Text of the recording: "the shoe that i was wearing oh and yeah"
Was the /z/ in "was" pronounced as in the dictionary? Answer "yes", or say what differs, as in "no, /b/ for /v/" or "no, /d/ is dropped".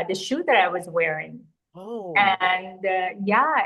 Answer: yes